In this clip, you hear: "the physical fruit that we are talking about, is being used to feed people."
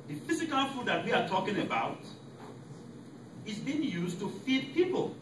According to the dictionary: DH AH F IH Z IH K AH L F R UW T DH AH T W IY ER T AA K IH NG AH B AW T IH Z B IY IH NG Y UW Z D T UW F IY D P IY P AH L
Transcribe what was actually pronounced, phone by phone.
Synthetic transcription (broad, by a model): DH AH F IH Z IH K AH L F UW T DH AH T W IY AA T AA K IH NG AH B AW T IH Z B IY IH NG Y UW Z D T UW F IY D P IY P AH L